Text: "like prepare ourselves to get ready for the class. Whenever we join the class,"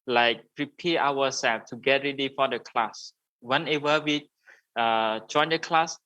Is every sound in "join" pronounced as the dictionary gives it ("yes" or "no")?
yes